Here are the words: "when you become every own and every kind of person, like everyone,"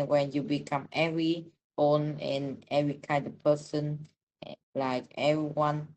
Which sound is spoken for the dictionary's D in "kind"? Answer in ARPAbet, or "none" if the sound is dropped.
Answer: D